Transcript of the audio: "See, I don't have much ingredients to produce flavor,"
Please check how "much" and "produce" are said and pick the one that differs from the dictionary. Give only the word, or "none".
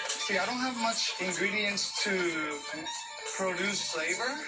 none